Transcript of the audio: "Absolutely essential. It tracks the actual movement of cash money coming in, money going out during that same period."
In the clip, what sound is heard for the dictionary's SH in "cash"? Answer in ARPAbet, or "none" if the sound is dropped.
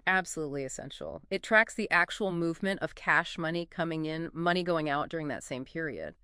SH